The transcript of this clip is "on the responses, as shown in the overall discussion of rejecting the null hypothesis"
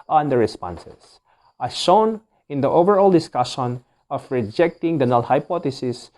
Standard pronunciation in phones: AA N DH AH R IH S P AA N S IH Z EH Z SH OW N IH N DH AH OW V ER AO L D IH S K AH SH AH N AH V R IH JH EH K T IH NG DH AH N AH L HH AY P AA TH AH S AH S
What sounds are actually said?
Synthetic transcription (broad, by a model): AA N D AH R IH S P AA N S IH S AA SH OW N IH N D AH OW V ER AO L D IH S K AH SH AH N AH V R IH JH EH K T IH NG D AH N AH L HH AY P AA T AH S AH S